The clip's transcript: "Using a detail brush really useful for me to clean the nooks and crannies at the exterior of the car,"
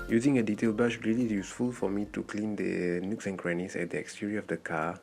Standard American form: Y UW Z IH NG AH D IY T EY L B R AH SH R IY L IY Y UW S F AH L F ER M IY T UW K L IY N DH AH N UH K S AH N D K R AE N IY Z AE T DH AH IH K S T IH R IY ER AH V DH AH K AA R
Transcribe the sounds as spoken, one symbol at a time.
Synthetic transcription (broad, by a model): Y UW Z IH NG AH D IY T EY L B AH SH R IY L IY Y UW S F AH L F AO M IY T UW K L IY N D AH N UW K S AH N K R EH N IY S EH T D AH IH K S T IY R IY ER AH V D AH K AA